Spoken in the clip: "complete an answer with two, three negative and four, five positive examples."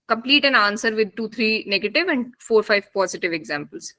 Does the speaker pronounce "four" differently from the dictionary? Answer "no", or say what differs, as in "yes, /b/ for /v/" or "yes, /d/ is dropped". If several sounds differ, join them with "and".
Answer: no